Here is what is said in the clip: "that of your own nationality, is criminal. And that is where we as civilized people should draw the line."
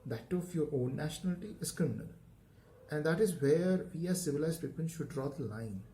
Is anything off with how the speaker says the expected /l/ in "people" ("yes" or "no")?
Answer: yes